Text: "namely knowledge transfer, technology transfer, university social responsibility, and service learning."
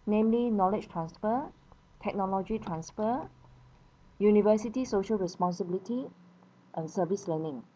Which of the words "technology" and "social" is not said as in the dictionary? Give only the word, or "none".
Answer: none